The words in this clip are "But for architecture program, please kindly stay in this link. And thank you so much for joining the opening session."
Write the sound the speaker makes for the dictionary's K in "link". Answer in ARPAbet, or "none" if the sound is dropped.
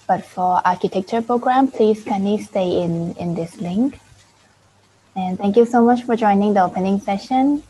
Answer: K